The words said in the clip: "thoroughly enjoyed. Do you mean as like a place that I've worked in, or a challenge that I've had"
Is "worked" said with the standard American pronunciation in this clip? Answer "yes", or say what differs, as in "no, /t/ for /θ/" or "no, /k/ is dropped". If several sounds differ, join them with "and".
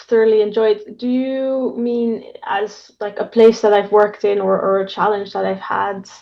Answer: yes